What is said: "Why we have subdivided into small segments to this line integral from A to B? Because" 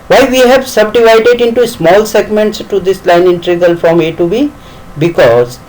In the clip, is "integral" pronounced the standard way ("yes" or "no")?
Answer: no